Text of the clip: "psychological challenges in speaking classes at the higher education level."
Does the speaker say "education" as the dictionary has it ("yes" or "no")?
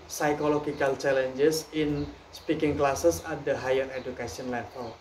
no